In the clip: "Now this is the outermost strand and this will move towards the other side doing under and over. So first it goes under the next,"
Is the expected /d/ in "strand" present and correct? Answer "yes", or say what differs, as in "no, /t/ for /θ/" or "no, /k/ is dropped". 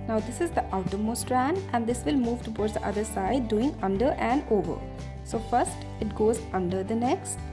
yes